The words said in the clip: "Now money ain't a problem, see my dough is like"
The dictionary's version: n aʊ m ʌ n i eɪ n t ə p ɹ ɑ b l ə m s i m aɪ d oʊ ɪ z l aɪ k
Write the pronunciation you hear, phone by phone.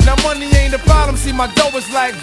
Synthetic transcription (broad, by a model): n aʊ m ʌ n i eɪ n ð ə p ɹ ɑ l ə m s i m aɪ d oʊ ɪ z l aɪ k